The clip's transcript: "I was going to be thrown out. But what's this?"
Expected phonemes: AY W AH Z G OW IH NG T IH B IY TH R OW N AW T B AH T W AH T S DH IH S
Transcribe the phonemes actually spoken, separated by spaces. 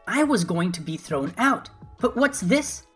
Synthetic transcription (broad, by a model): AY W AH Z G OW IH NG T IH B IY TH R OW N AW T B AH T W AH T S DH IH S